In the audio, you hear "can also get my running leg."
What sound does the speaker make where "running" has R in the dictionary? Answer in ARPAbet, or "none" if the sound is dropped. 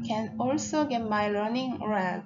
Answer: L